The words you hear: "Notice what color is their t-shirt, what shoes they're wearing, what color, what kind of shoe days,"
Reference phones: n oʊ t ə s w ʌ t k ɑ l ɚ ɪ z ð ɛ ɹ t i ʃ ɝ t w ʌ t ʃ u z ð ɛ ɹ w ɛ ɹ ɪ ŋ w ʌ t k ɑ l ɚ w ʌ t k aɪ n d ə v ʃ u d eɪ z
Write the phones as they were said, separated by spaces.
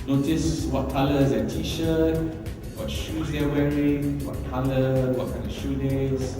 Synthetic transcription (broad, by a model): n oʊ t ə s w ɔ t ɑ l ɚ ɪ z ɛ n t i ʃ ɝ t w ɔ t ʃ u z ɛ w ɛ ɹ ɪ ŋ w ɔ t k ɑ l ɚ w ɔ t k aɪ n d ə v ʃ u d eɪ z